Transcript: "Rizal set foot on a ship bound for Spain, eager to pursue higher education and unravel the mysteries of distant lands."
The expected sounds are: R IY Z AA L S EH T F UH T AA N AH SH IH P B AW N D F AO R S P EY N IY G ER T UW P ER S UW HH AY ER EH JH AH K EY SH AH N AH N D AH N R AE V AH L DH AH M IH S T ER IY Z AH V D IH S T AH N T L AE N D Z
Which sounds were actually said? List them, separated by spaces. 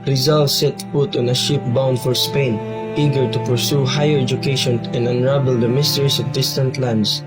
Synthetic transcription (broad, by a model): R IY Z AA L S EH T P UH T AA N AH SH IH P B AW N D F AO R S P EY N IY G ER T UW P ER S UW HH AY ER EH JH AH K EY SH AH N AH N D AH N R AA B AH L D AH M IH S T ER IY S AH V D IH S T AH N T L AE N D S